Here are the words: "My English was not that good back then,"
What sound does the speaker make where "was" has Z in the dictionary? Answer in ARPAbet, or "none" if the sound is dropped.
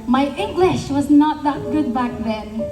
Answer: Z